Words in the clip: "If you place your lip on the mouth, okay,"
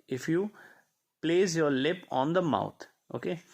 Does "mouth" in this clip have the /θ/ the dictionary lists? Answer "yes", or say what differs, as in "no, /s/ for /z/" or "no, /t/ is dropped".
no, /t/ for /θ/